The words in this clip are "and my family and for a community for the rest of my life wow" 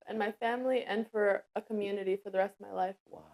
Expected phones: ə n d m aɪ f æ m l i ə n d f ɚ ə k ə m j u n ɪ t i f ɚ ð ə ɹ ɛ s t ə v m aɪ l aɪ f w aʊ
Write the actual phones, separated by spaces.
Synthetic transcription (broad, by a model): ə n m aɪ f æ m l i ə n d f ɚ ə k ə m j u n ɪ t i f ɚ ð ə ɹ ɛ s t ə v m aɪ l aɪ f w